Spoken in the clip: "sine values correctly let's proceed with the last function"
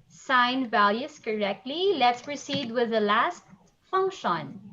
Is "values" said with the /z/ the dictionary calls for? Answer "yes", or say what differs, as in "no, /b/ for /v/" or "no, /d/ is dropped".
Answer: no, /s/ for /z/